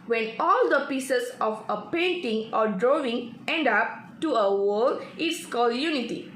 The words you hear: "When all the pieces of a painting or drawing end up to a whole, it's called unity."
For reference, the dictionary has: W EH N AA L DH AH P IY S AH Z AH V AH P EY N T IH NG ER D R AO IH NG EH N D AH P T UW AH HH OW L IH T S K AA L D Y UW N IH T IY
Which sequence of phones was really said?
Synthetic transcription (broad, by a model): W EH N AA L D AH P IY S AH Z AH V AH P EY N T IH NG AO D R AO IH NG EH N D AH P T UW AH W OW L IH T S K AA L D Y UW N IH T IY